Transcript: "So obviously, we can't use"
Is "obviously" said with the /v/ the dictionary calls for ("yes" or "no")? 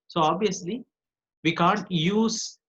no